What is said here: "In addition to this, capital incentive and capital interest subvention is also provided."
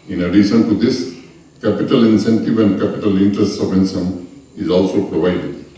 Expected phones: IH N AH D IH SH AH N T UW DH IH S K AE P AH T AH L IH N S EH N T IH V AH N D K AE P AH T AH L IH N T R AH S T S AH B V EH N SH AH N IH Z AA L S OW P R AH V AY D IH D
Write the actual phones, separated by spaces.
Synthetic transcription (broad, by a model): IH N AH D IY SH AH N T UW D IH S K AE P AH T AH L IH N S EH N T IH V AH N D K AE P AH T AH L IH N T R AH S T S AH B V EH N S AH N IH Z AA L S OW P R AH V AY D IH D